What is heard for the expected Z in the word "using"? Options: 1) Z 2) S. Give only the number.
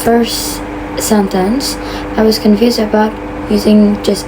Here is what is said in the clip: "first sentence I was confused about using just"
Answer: 1